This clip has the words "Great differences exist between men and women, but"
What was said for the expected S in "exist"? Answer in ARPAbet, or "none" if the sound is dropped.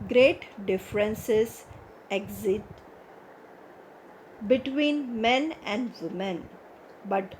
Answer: none